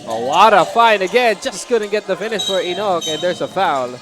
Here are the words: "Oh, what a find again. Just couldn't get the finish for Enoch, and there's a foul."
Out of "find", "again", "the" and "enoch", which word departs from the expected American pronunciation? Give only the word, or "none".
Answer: find